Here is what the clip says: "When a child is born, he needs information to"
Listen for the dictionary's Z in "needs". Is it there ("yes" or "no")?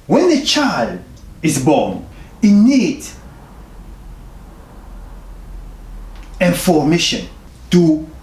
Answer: no